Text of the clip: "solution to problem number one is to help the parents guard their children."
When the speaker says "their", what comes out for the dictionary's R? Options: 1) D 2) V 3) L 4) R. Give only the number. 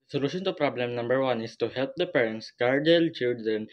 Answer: 3